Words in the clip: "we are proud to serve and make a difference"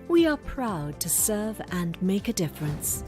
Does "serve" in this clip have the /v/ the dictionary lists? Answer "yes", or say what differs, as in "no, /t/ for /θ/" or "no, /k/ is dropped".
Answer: yes